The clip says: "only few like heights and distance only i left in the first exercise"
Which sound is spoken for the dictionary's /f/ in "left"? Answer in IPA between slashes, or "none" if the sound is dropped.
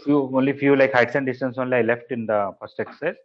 /f/